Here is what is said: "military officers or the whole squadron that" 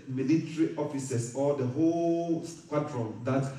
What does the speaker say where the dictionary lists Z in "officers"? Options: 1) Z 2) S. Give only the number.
2